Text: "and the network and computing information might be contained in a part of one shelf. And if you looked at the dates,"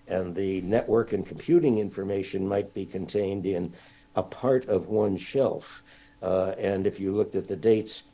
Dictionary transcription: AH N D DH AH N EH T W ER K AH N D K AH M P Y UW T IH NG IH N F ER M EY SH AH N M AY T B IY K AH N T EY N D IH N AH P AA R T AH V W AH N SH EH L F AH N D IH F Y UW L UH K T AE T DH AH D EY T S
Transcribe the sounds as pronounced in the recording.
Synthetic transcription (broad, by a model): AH N DH AH N EH T W ER K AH N K M P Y UW T IH NG IH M F ER M EY SH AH N M AY T B IY K AH N T EY N D IH N AH P AA R T AH V W AH N SH EH L F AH N IH F Y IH L UH K T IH T DH AH D EY T S